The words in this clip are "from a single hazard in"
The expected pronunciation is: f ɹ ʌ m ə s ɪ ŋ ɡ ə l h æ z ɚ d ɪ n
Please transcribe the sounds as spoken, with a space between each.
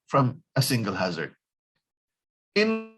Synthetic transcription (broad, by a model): f ɹ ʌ m ə s ɪ ŋ ɡ ə l h æ z ɚ d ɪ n